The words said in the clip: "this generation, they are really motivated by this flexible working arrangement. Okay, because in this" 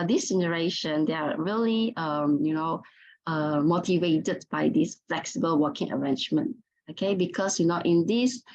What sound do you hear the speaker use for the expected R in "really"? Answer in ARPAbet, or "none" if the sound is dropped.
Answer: L